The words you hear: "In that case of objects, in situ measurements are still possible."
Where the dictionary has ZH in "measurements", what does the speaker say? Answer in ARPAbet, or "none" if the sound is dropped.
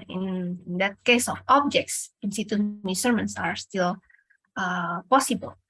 S